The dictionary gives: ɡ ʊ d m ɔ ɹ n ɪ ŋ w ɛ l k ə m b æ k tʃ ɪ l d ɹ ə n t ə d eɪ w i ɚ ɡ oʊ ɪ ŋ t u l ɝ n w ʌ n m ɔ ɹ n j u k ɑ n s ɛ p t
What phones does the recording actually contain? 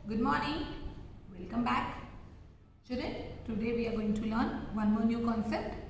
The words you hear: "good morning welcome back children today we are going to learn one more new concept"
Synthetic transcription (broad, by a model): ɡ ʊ d m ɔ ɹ n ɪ ŋ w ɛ l k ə m b æ k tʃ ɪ d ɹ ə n t ə d eɪ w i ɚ ɡ oʊ ɪ ŋ t u l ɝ n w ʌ n m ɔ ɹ n j u k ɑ n s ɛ p t